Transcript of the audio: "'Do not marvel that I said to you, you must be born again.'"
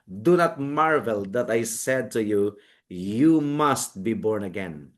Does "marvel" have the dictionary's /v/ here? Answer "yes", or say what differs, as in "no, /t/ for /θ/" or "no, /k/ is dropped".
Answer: yes